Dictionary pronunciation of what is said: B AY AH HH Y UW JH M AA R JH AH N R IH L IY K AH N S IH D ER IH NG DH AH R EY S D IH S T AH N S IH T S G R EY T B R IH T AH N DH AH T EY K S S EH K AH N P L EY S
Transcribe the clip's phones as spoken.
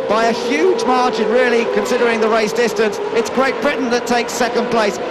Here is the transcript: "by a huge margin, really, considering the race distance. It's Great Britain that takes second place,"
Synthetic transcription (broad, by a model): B AY AH HH Y UW JH M AA R CH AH N R IH L IY K AH N S IH D ER IH NG DH AH R EY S D IH S T AH N S IH T S G R EY T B R IH T N DH AH T EY K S S EH K AH N P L EY S